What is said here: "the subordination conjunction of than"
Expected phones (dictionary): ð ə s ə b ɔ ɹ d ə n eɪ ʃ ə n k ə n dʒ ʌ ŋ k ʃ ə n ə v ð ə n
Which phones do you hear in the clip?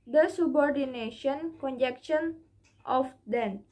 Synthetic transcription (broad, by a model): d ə s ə b ɔ ɹ d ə n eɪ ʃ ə n k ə n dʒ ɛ k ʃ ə n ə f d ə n